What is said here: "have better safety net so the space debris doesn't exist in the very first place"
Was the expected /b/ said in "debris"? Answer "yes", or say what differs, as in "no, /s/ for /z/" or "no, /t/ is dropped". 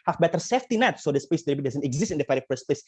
no, /b/ is dropped